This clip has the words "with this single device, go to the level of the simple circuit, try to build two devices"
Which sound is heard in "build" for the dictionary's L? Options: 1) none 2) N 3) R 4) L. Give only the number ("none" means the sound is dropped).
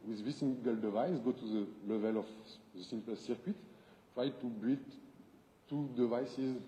1